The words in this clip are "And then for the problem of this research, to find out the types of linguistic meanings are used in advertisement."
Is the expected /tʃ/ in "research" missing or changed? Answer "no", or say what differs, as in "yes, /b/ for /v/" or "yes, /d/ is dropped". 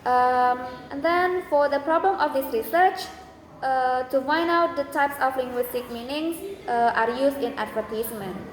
no